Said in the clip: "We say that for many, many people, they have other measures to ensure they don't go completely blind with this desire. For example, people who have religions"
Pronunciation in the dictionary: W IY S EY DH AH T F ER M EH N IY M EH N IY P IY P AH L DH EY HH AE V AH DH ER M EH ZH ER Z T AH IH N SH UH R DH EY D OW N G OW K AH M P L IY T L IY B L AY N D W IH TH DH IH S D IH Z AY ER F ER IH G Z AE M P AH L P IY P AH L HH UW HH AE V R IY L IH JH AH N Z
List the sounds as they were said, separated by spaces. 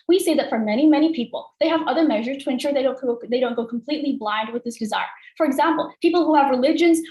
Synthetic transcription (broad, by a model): W IY S EY DH AH T F ER M EH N IY M EH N IY P IY P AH L DH EY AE V AH DH ER M EH ZH ER Z T AH IH N SH UH R DH EY D OW N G OW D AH M P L IY T L IY B L AY N D W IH DH IH S D IH Z AY ER F ER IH G Z AE M P L P IY P L HH UW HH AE V R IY L IH JH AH N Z